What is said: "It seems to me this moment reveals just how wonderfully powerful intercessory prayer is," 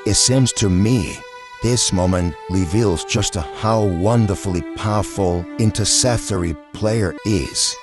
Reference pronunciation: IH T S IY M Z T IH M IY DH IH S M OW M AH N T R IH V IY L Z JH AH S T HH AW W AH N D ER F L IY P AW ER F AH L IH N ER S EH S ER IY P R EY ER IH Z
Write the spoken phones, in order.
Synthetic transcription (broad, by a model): IH T S IY M Z T IH M IY DH IH S M OW M AH N T R IH V IY L Z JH AH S T HH AW W AH N D ER F L IY P AW ER F L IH N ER S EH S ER IY P L EY ER IH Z